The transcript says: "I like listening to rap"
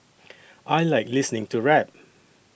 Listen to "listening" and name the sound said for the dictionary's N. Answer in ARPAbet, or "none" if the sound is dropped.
N